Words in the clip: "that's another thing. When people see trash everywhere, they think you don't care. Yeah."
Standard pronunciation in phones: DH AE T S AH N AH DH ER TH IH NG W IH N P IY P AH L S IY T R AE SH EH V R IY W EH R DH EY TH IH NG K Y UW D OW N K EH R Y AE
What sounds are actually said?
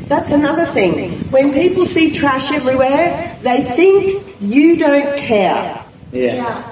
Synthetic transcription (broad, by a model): DH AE T S AH N AH DH ER TH IH NG W IH N P IY P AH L S IY T R AE SH EH V R IY W EH R DH EY TH IH NG K Y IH D OW N K EH R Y